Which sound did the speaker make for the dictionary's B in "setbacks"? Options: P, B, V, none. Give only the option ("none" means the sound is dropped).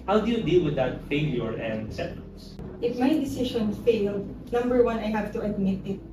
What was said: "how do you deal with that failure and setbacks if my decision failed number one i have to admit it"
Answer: none